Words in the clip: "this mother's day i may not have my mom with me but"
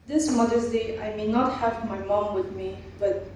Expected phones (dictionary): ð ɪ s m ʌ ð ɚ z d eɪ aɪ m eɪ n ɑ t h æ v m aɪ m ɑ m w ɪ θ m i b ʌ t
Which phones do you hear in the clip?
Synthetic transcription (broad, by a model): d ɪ s m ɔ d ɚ s d eɪ aɪ m eɪ n ɑ t h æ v m aɪ m ɑ m w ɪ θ m i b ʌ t